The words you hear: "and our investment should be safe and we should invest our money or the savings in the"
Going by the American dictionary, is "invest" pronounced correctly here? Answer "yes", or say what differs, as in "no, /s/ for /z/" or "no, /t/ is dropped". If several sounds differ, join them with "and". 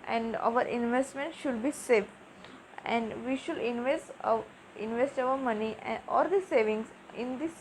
yes